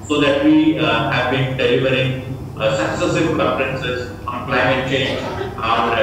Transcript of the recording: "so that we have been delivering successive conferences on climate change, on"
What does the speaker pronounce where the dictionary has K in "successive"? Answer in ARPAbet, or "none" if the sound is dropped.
K